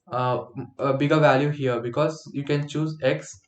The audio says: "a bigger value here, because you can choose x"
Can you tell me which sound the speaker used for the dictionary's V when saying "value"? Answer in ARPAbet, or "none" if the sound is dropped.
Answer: V